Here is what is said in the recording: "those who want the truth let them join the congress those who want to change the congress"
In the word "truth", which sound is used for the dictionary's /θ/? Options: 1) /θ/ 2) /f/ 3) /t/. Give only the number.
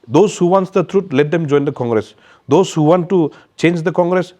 3